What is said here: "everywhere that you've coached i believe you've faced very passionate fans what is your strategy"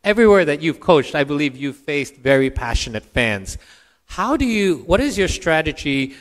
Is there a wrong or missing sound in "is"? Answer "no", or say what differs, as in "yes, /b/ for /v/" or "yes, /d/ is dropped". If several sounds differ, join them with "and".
no